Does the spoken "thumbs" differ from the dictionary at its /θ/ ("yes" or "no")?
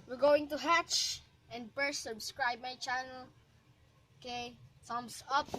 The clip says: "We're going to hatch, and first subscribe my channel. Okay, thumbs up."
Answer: yes